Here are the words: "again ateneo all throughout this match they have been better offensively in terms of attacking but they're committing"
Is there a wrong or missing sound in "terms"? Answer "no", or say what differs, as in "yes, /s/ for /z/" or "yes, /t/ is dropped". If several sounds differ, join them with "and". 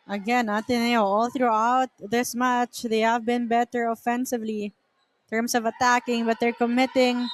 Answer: yes, /s/ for /z/